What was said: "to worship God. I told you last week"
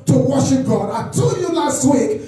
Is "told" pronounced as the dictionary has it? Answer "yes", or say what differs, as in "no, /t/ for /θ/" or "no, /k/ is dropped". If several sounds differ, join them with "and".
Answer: no, /l/ is dropped